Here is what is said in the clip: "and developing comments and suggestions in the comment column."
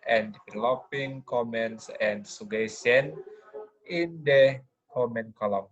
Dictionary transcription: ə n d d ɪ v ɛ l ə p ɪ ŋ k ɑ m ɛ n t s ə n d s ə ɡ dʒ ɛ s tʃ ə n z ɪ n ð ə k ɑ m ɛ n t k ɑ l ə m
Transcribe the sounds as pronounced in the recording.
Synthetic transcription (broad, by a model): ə n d d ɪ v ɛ l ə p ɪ ŋ k ɑ m ɛ n t s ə n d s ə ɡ ɛ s ə n ɪ n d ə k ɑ m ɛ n k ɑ l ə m